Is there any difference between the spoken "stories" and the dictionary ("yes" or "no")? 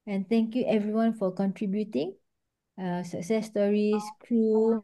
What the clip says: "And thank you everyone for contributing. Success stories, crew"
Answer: yes